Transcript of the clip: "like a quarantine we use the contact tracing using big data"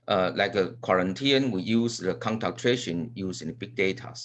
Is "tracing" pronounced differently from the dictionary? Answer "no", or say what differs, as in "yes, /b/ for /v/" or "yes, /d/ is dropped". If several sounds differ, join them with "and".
yes, /ʃ/ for /s/